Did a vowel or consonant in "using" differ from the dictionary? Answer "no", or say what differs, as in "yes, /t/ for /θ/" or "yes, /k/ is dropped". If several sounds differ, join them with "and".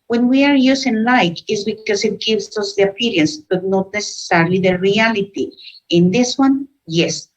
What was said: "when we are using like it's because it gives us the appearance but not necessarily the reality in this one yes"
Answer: yes, /s/ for /z/